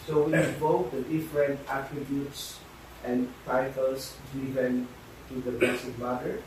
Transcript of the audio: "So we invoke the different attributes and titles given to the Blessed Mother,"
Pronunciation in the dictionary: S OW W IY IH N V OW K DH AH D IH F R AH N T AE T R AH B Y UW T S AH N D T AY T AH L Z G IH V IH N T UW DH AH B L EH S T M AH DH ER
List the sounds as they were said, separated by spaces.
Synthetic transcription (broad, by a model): S OW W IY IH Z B OW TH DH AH D IH F R AH N T AE T R AH B Y UW T S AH N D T AY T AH L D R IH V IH N T UW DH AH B EH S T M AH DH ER